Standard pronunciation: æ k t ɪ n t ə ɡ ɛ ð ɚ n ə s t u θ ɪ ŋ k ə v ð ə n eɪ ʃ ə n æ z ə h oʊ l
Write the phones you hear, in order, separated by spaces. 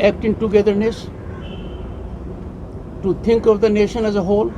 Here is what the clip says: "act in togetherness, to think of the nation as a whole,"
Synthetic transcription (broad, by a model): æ k t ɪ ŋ t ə ɡ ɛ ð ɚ n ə s t u t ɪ ŋ k ə v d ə n eɪ ʃ ə n æ z ə h oʊ l